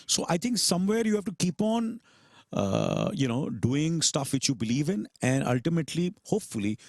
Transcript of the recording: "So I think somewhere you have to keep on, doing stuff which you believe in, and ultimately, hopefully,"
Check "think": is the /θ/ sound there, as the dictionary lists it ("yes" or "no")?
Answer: no